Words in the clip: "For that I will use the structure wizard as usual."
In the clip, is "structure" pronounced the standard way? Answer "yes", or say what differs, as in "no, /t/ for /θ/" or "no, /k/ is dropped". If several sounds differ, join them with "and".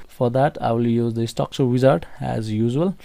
no, /ɹ/ is dropped